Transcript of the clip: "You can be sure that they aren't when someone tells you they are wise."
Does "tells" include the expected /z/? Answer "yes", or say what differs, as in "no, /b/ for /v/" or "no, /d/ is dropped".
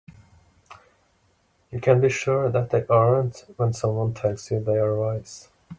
no, /s/ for /z/